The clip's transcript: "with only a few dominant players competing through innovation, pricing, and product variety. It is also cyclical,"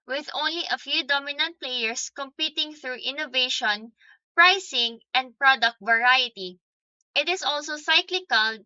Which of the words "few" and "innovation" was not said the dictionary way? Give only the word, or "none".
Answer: none